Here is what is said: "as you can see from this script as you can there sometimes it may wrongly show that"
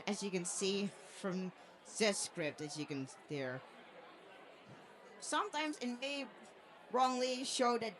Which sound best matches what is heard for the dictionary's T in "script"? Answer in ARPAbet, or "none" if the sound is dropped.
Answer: T